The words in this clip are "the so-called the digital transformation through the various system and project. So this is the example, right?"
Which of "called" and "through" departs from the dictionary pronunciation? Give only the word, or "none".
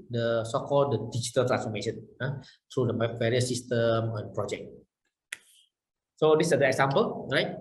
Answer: through